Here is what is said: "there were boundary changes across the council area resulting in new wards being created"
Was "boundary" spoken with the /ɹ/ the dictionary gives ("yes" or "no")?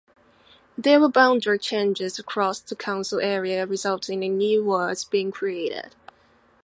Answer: no